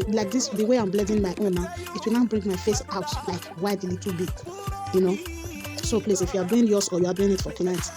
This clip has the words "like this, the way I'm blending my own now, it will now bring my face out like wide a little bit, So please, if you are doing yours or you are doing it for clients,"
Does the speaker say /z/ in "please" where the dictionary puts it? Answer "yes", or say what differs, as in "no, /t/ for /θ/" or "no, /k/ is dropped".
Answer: no, /s/ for /z/